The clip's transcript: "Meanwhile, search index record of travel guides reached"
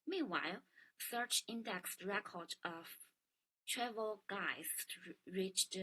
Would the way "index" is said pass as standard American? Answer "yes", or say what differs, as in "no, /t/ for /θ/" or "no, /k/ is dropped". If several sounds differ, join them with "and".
yes